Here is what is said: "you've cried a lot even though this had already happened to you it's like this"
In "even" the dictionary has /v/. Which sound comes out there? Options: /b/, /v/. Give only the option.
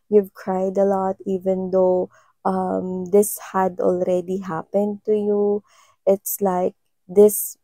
/v/